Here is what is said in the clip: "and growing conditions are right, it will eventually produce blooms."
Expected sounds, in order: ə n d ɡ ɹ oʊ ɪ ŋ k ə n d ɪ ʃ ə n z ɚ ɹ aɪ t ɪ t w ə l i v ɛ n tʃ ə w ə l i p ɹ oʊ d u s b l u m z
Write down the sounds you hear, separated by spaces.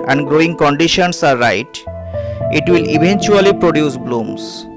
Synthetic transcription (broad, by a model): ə n d ɡ ɹ oʊ ɪ ŋ k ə n d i ʃ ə n s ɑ ɹ aɪ t ɪ t w ə l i b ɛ n tʃ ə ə l i p ɹ oʊ d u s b l u m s